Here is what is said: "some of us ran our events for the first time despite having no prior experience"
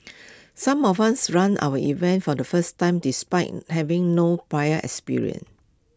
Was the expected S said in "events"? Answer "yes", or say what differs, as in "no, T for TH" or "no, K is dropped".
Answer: no, S is dropped